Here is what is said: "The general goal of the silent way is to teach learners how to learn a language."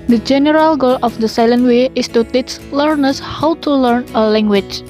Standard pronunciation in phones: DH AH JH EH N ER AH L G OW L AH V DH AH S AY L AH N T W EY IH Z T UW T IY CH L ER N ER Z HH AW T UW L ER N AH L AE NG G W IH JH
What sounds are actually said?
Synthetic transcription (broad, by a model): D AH JH EH N ER AH L G OW L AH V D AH S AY L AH N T W EY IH S T UW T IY S L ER N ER S HH AW T UW L ER N AH L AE NG G W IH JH